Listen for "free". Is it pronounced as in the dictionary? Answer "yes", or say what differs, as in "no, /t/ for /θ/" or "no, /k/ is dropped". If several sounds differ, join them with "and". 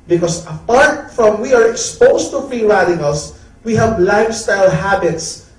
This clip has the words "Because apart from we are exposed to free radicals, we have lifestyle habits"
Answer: no, /ɹ/ is dropped